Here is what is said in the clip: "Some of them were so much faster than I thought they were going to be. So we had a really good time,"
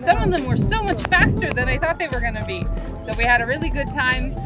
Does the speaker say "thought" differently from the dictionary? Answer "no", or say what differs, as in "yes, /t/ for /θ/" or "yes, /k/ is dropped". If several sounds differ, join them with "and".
no